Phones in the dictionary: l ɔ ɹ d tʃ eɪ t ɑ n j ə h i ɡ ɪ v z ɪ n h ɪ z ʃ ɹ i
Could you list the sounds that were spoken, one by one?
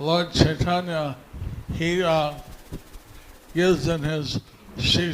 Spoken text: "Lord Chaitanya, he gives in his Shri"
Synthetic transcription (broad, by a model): l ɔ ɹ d tʃ eɪ t ɑ n j ə h i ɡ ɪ z ɪ n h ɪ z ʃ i